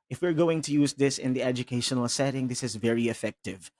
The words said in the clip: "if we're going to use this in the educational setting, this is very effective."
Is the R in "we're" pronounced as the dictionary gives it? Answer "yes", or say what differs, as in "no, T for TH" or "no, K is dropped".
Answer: yes